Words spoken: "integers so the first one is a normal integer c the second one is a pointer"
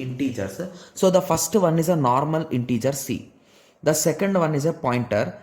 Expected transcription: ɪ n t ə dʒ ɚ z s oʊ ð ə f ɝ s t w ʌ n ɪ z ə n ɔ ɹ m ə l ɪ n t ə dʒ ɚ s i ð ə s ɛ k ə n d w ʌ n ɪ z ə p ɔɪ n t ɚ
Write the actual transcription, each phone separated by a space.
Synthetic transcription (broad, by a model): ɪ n t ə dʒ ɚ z s oʊ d ə f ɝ s t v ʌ n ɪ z ə n ɔ ɹ m ə l ɪ n t ə dʒ ɚ s i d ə s ɛ k ə n d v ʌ n ɪ z ə p ɔɪ n t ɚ